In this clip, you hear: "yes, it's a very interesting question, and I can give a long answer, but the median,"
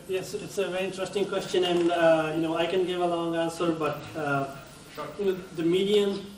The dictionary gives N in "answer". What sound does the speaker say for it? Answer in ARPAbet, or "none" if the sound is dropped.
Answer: N